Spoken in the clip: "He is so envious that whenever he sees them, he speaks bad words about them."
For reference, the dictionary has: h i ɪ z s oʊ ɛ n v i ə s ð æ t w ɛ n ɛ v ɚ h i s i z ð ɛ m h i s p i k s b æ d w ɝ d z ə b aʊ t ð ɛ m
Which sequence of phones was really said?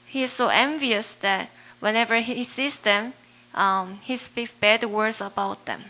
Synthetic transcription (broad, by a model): h i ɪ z s oʊ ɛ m v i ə s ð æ t w ɛ n ɛ v ɚ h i s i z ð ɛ m h i s p i k s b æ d w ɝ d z ə b aʊ t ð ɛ m